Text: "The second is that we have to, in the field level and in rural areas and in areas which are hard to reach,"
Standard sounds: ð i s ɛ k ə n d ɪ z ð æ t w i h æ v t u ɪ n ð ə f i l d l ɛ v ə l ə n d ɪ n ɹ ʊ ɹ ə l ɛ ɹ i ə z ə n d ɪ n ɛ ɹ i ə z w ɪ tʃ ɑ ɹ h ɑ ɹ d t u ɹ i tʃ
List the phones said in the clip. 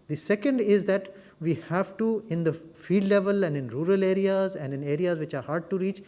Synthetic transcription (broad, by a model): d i s ɛ k ə n d ɪ z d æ t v i h æ v t u ɪ n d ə f i d l ɛ v ə l ə n d ɪ n ɹ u ɹ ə l ɛ ɹ i ə z ə n d ɪ n ɛ ɹ i ə z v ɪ tʃ ɑ ɹ h ɑ ɹ d t u ɹ i tʃ